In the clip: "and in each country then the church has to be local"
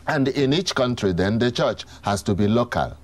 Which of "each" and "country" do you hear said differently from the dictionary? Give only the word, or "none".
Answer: none